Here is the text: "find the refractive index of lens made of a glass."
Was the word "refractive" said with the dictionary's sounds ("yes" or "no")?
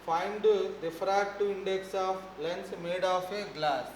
no